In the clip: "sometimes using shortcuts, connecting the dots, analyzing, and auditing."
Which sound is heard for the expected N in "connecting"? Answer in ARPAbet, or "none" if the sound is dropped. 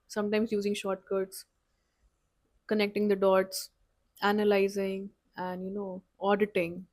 N